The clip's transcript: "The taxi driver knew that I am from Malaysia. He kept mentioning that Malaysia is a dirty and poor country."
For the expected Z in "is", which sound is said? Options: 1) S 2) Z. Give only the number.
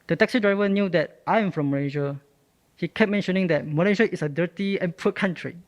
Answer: 1